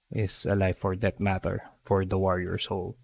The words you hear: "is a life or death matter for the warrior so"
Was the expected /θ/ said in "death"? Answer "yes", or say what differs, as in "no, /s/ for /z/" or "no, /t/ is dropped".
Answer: no, /t/ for /θ/